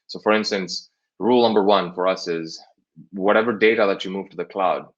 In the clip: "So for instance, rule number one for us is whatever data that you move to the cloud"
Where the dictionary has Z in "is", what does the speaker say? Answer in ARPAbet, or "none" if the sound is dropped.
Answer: Z